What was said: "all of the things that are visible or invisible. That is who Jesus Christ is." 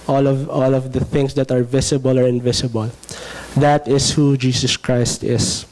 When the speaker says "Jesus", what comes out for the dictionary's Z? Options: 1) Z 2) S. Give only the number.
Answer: 2